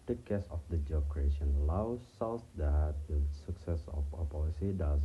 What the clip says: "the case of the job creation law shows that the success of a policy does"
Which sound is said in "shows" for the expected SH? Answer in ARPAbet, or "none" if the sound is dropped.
S